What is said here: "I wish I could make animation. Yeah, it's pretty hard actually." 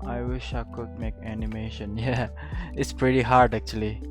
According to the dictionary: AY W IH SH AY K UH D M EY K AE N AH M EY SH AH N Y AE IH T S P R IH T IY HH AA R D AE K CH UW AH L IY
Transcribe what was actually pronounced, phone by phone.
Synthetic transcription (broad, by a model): AY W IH SH AY K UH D M EY K AE N AH M EY SH AH N Y AE IH T S P R IH T IY HH AA R D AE K CH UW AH L IY